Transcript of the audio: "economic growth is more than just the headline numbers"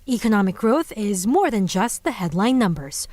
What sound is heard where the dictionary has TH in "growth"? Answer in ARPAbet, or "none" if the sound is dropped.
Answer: TH